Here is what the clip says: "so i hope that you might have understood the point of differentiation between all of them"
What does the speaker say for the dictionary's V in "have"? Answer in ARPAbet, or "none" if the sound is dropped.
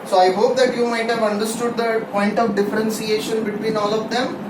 V